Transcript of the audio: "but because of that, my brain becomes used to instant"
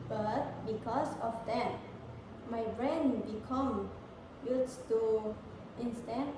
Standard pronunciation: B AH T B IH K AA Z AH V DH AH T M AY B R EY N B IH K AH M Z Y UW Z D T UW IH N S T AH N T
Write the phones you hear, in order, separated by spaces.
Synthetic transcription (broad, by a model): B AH T B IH K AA S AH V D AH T M AY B R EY N B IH K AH M Y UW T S T UW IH N S T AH N